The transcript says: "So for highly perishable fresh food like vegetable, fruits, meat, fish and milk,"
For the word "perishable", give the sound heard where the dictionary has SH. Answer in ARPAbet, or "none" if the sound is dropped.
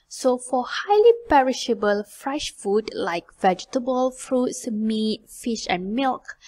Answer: SH